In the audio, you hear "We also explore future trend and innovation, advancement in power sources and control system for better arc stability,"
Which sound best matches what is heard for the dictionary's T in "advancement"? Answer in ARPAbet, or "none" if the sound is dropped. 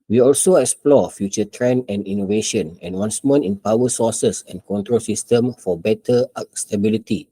none